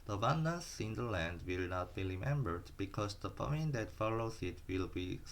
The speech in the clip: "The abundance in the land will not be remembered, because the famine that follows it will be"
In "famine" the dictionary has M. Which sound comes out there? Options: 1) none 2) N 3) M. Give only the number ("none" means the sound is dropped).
1